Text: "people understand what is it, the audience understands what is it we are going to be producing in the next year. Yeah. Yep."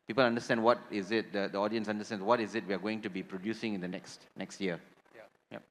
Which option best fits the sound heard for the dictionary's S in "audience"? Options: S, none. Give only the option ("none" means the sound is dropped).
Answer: S